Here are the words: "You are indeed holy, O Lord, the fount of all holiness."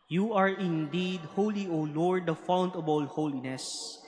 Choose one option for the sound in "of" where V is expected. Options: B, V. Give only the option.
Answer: B